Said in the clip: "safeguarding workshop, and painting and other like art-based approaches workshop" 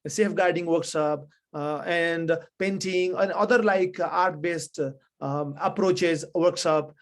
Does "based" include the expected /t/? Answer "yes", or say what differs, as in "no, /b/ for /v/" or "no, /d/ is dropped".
yes